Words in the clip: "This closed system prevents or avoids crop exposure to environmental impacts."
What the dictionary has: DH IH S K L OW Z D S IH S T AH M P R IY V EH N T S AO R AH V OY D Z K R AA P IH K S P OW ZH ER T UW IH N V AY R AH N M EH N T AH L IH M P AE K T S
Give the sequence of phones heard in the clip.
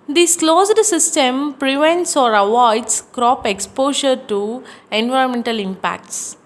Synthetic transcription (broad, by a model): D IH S K L OW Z D S IH S T AH M P R IY V EH N T S AO R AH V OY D S K R AA P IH K S P OW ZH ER T UW IH N V AY R AH N M EH N T AH L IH M P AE K T S